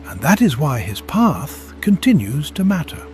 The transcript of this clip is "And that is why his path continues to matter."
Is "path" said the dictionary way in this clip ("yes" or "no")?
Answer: yes